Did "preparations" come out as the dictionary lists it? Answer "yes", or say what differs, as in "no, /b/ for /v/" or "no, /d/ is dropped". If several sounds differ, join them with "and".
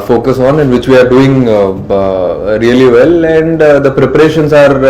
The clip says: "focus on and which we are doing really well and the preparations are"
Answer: no, /s/ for /z/